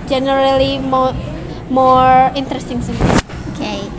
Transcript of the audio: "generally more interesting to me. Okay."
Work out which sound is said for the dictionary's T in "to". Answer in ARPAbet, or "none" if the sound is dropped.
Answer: S